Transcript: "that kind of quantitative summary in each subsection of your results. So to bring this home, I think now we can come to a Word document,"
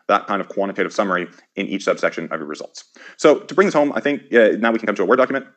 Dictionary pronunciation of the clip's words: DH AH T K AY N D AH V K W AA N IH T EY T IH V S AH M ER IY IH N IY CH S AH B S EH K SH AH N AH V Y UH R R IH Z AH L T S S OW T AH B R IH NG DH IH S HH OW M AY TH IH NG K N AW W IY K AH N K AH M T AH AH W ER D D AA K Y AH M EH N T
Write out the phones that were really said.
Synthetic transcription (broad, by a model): DH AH T K AY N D AH V K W AA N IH T EY T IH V S AH M ER IY IH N IY CH S AH B S EH K SH AH N AH V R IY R R IH Z AH L T S S OW T AH B R IH NG DH IH S HH OW M AY TH IH NG K N AW W IY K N K AH M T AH AH W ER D D AA K Y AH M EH N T